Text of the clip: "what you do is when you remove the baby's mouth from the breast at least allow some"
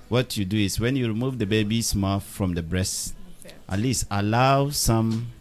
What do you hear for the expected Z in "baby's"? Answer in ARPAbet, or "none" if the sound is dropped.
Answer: S